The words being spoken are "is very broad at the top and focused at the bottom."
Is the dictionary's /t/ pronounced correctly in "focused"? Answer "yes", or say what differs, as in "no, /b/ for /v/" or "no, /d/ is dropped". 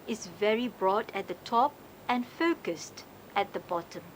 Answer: yes